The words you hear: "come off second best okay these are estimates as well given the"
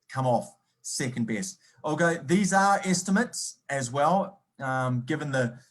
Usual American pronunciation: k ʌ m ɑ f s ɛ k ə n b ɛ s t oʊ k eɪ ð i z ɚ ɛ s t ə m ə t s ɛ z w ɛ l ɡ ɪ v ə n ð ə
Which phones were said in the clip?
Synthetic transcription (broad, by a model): k ʌ m ɑ f s ɛ k ə n b ɛ s t oʊ k eɪ ð i z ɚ ɛ s t ə m ə t s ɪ z w ɛ l ɡ ɪ v ə n ð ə